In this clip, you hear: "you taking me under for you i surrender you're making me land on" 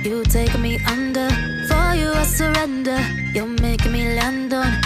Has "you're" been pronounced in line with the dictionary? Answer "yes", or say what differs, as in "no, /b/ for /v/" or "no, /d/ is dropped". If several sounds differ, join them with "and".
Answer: no, /l/ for /ɹ/